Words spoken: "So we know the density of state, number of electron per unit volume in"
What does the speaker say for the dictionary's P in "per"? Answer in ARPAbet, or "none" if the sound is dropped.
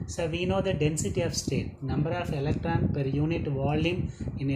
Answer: P